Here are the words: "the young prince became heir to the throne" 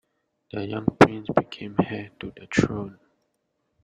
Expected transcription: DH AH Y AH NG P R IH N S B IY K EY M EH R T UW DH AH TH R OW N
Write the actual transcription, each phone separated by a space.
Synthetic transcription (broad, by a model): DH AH Y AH NG P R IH N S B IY K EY M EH T UW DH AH T R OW N